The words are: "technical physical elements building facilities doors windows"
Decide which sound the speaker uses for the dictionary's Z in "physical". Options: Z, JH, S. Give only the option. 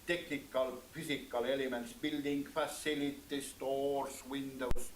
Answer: S